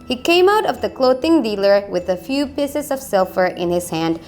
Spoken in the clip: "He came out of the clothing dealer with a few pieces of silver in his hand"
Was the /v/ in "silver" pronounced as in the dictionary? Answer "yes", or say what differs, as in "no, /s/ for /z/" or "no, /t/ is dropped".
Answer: no, /f/ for /v/